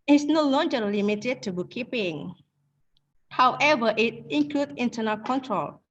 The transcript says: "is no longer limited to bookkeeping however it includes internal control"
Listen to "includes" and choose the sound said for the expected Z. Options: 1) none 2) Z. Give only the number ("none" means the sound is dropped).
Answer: 1